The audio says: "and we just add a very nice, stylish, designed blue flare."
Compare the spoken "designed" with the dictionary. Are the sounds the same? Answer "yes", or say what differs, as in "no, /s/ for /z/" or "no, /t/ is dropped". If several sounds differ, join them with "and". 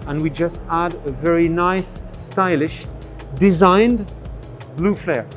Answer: yes